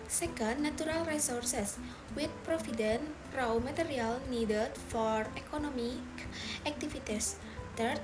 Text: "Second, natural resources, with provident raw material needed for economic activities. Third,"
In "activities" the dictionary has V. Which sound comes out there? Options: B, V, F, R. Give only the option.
F